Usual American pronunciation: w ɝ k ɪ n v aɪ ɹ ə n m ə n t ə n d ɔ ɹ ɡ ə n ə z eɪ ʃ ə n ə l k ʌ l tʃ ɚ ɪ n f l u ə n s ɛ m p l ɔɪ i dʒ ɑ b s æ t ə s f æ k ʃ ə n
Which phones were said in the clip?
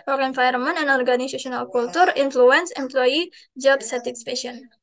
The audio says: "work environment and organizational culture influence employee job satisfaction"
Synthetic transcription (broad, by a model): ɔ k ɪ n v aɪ ə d m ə n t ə n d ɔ ɹ ɡ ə n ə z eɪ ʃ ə n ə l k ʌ l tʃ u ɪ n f l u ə n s ɛ m p l ɔɪ i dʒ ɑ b s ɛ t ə s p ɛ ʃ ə n